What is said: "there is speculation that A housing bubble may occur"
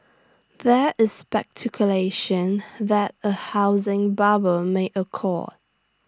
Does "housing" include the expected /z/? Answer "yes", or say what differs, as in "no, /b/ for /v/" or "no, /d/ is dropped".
yes